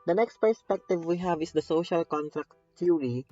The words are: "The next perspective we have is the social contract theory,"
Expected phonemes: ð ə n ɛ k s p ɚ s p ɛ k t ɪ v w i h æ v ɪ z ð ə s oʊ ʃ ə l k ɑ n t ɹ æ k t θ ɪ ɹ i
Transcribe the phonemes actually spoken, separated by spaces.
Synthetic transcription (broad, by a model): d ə n ɛ k s p ɚ s p ɛ k t ɪ v w i h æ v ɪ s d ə s oʊ ʃ ə l k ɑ n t ɹ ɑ k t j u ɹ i